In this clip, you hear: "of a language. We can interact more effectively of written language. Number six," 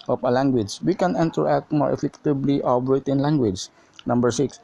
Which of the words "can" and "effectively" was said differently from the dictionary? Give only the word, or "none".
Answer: effectively